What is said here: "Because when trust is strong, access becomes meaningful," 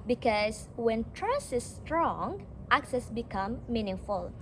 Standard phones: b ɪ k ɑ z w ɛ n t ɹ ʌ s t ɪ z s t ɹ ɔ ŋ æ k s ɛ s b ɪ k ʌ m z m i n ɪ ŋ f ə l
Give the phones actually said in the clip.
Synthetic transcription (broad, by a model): b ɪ k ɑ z w ɛ n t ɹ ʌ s ɪ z s t ɹ ɔ ŋ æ k s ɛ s b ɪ k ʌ m m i n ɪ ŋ f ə l